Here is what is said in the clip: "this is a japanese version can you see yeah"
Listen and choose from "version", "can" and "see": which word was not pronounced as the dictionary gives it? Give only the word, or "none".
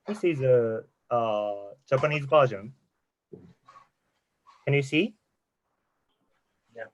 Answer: version